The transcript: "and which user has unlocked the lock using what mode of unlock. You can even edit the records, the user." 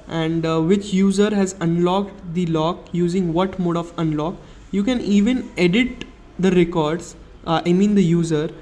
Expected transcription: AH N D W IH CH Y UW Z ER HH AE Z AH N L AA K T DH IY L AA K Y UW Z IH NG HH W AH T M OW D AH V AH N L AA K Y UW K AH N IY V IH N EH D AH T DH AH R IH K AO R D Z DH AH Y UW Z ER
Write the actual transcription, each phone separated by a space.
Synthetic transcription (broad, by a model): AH N D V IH CH Y UW Z ER HH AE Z AH N L AA K T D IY L AA K Y UW Z IH NG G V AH T M OW D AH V AH N L AA K Y UW K AH N IY V IH N EH D AH T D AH R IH K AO R D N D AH Y UW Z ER